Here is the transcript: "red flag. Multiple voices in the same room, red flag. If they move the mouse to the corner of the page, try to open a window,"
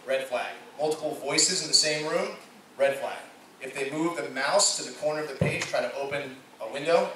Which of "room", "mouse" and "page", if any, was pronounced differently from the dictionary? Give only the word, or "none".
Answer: none